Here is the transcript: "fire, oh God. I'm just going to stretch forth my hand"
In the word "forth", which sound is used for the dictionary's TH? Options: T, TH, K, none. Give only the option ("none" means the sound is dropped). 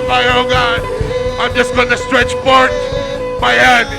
T